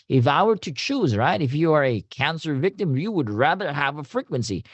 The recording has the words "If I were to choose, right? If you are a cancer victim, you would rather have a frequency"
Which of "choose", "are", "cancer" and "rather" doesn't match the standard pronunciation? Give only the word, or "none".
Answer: none